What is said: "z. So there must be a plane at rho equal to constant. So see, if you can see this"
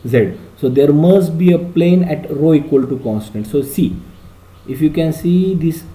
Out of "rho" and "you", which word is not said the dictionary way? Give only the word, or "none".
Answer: none